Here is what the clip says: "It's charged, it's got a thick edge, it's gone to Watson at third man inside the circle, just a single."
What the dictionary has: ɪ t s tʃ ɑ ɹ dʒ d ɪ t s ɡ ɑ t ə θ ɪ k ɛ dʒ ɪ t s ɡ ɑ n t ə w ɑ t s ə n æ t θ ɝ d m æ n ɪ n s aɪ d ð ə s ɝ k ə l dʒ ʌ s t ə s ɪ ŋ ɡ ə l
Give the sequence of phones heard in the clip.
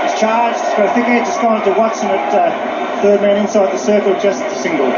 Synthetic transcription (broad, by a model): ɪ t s tʃ ɑ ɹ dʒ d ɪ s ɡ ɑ ə f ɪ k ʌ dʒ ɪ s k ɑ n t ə w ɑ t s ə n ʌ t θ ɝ d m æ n ɪ n s aɪ d ð ə s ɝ k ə l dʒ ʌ s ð ə s ɪ ŋ ɡ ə l